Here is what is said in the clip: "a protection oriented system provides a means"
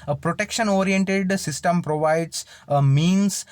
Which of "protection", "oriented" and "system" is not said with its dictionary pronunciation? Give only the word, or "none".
none